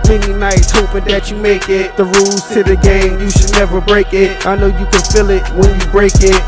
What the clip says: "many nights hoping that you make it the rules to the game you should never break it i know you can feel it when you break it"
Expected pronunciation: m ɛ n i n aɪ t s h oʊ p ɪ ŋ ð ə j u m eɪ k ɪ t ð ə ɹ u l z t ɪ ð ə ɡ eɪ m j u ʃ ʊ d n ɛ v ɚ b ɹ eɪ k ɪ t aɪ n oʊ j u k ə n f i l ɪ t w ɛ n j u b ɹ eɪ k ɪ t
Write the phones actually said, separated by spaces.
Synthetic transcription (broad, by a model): m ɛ n i n aɪ t s h oʊ p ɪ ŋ ð ə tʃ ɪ m eɪ k ɪ t ð ə ɹ u l z s ɪ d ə ɡ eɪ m j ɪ ʃ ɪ d n ɛ v ɚ b ɹ eɪ k ɪ t aɪ n oʊ j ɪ k ə n f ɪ l ɪ t w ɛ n j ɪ b ɹ eɪ k ɪ t